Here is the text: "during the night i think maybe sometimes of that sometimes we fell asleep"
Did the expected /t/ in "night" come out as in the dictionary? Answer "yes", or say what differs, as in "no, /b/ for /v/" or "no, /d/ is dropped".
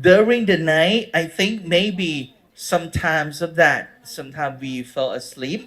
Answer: yes